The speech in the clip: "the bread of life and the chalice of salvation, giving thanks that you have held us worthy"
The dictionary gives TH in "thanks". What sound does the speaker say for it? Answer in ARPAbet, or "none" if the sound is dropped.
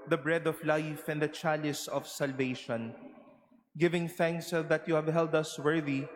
TH